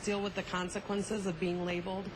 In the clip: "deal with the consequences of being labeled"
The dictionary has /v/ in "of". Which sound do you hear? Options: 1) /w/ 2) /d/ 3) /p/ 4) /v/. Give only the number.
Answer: 4